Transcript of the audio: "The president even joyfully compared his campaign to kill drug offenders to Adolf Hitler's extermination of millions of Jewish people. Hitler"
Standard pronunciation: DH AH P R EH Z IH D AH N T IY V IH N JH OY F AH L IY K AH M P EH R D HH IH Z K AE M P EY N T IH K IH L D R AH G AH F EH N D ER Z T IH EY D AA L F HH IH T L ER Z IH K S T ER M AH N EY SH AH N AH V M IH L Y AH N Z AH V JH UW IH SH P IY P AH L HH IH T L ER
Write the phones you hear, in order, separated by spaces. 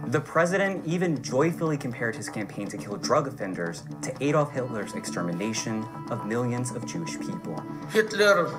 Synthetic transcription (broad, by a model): DH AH P R EH Z IH D AH N T IY V IH N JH OY F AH L IY K AH M P EH R D HH IH Z K AE M P EY N T IH K IH L D R AH G AH F EH N D ER Z T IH EY D AA F HH IH T L ER Z IH K S T ER M AH N EY SH AH N AH V M IH L Y AH N Z AH V JH UW IH SH P IY P L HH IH T L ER